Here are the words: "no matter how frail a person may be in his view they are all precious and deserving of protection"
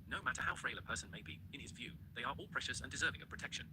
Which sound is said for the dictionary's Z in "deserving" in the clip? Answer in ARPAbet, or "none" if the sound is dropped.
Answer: Z